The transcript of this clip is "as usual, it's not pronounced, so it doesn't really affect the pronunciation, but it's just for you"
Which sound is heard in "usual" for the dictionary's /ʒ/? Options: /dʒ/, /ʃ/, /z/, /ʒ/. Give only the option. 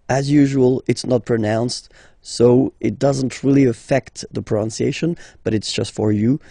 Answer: /ʒ/